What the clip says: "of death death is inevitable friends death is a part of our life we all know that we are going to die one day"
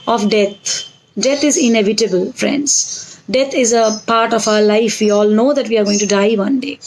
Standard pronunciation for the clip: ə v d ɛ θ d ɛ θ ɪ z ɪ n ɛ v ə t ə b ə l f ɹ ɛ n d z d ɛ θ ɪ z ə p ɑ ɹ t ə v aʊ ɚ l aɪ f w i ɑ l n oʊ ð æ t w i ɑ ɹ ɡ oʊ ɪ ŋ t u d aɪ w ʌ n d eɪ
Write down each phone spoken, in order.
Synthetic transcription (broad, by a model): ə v d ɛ t d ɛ t ɪ z ɪ n ɛ v ə t ə b ə l f ɹ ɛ n d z d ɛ t ɪ z ə p ɑ ɹ t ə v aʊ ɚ l aɪ f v i ɑ l n oʊ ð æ t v i ɑ ɹ ɡ oʊ ɪ ŋ t u d aɪ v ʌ n d eɪ